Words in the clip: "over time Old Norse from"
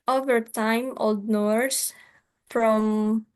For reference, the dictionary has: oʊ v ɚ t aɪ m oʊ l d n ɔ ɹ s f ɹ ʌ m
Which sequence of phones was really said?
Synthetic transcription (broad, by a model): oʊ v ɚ t aɪ m oʊ l d n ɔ ɹ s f ɹ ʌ m